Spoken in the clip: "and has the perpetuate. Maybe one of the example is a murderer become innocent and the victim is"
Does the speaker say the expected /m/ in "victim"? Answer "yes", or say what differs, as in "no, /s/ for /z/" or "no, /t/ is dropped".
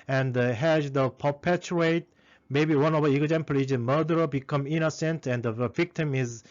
yes